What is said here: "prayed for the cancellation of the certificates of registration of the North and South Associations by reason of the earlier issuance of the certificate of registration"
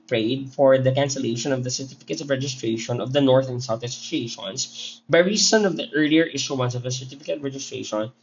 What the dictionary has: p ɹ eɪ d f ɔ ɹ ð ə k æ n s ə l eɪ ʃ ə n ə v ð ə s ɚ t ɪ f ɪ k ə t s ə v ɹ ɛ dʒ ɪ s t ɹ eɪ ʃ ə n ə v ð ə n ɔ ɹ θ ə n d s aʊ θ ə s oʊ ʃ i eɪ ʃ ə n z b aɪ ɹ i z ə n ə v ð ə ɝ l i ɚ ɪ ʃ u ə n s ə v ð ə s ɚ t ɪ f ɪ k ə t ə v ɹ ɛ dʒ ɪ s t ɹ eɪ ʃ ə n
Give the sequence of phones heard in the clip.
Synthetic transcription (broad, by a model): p ɹ eɪ d f ɔ ɹ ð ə k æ n s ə l eɪ ʃ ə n ə v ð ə s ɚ t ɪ f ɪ k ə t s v ɹ ɛ dʒ ɪ s t ɹ eɪ ʃ ə n ə v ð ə n ɔ ɹ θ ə n s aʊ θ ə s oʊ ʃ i eɪ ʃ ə n s b aɪ ɹ i s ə n ə v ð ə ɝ l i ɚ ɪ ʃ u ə n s ə v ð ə s ɚ t ɪ f ɪ k ə t ɹ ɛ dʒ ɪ s t ɹ eɪ ʃ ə n